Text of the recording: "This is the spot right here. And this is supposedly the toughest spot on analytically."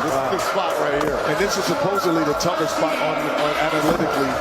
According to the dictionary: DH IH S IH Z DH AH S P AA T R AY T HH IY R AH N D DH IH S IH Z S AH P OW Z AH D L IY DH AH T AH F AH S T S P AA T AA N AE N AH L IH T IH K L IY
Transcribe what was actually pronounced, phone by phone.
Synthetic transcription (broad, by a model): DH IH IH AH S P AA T R AY T HH IY R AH N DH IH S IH S AH P OW Z AH D L IY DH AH T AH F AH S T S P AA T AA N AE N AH L IH T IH K L IY